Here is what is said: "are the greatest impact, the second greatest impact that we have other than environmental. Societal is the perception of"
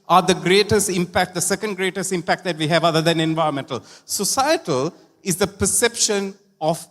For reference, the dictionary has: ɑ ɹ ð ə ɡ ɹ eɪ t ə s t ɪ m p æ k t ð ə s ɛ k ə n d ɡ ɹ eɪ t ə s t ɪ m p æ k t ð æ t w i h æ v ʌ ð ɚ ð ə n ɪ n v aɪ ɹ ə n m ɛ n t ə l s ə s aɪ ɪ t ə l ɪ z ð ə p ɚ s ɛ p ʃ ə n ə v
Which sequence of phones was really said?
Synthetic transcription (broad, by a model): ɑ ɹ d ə ɡ ɹ eɪ t ə s t ɪ m p æ k t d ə s ɛ k ə n d ɡ ɹ eɪ t ə s t ɪ m p æ k t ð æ t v i h æ v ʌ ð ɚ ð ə n ɪ n v aɪ ɹ ə n m ɛ n t ə l s ə s aɪ ɪ t ə l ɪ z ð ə p ɚ s ɛ p ʃ ə n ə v